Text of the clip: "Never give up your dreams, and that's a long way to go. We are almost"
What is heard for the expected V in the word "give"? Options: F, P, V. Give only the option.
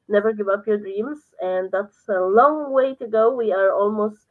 V